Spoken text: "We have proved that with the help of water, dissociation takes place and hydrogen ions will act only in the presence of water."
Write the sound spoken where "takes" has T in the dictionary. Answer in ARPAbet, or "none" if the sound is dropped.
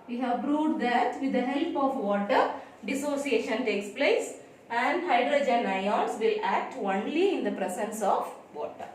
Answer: T